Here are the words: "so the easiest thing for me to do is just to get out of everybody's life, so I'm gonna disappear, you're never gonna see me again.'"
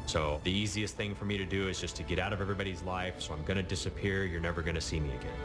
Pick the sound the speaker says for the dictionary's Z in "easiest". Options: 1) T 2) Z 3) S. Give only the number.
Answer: 2